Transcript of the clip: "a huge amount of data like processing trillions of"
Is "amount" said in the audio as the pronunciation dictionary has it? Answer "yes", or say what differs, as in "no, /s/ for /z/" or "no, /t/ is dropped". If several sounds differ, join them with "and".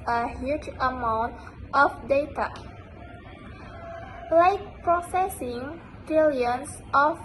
yes